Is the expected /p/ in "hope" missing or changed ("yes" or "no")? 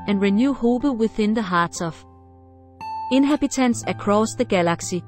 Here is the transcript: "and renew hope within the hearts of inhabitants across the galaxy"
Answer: yes